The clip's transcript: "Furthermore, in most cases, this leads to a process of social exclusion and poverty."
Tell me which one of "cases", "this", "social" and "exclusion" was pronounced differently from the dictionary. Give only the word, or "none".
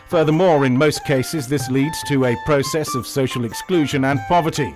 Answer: none